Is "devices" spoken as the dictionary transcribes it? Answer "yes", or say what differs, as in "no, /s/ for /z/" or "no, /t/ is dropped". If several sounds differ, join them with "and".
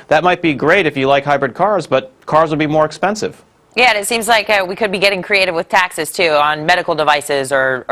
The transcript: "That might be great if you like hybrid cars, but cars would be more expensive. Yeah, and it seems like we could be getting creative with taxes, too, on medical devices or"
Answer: yes